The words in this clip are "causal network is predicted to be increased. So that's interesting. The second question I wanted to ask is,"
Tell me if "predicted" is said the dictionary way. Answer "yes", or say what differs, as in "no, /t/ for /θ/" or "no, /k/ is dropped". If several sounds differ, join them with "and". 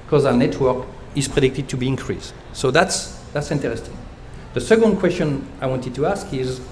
yes